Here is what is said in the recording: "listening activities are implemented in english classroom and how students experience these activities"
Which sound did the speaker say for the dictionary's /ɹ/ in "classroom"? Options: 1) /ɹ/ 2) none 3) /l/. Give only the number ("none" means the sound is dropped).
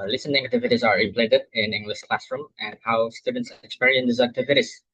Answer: 1